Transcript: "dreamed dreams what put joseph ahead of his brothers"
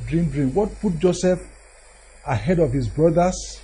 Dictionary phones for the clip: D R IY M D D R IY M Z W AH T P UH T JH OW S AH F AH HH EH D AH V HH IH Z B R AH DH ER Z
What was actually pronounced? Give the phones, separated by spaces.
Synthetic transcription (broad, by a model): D R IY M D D R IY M W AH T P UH T JH OW S AH F AH HH EH D AH V HH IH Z B R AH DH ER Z